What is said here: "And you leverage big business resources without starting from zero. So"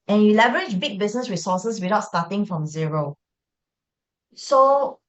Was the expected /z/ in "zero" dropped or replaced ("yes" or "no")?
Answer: no